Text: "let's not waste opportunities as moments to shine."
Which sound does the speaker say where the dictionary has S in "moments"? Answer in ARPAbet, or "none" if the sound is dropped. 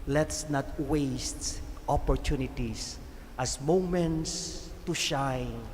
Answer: S